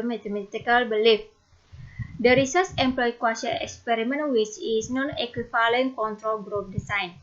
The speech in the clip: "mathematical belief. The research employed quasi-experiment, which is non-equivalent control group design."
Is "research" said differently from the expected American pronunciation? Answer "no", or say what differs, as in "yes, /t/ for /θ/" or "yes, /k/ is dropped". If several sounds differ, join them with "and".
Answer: yes, /s/ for /tʃ/